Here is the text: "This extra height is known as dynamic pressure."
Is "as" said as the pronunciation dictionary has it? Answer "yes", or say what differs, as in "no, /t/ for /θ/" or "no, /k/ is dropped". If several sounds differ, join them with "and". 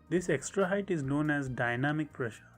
yes